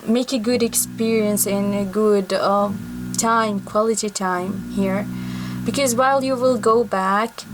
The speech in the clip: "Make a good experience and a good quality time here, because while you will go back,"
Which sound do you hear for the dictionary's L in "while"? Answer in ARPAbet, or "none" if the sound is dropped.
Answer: L